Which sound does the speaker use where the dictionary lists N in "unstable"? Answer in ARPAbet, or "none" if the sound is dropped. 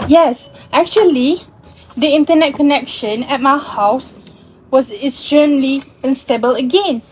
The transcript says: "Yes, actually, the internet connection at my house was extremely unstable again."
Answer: N